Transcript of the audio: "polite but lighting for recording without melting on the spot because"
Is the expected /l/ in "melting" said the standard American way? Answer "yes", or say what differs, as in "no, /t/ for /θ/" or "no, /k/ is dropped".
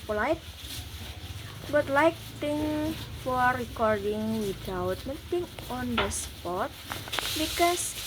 no, /l/ is dropped